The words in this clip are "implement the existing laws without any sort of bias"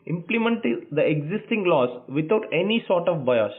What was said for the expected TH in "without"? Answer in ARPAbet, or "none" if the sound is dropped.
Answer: T